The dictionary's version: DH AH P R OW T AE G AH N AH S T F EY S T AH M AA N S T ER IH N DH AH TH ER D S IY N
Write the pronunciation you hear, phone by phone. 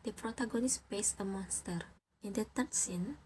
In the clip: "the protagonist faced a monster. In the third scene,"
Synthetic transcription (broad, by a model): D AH P R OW T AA G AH N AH S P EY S AH M AA N S T ER IH N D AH T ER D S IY N